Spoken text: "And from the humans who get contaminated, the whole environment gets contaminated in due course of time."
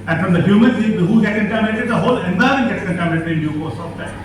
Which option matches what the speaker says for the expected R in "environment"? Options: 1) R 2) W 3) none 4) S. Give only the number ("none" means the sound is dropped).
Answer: 3